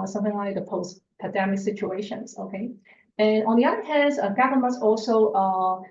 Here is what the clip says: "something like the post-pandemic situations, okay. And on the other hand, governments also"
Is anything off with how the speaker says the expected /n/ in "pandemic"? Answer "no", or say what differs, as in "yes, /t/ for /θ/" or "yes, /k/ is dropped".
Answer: yes, /n/ is dropped